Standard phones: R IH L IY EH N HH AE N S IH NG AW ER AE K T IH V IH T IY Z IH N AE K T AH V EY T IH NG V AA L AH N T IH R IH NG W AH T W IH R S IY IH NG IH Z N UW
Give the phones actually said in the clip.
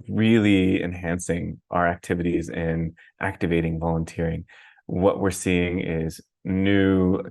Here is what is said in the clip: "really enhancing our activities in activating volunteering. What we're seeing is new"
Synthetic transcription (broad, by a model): R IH L IY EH N HH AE N S IH NG AW ER AE K T IH V IH T IY Z IH N AE K T AH V EY T IH NG V AA L AH N T IH R IH NG W AH T W IH R S IY IH NG IH Z N UW